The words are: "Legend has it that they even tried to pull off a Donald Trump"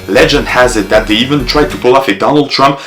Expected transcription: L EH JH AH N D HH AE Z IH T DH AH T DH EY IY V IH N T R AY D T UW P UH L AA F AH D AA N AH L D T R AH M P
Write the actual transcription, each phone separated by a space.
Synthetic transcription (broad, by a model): L EH JH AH N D HH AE Z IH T DH AH T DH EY IY V IH N T R AY D T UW P UH L AA F AH D AA N AH L D T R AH M P